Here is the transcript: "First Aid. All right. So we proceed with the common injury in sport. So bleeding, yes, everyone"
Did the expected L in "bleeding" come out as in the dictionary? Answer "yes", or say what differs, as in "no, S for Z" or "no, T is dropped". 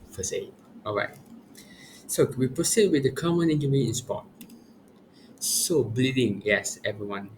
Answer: yes